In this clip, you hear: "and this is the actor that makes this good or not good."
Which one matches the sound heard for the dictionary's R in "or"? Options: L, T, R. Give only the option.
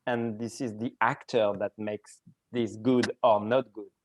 R